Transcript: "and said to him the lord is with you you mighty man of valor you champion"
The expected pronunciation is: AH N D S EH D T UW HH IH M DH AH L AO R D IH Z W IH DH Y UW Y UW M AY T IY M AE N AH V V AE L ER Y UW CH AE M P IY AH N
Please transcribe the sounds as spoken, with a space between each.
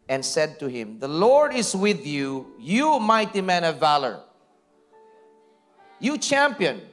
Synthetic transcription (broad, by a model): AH N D S EH D T UW HH IH M DH AH L AO R D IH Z W IH DH Y UW Y UW M AY T IY M AE N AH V V AE L ER Y UW CH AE M P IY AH N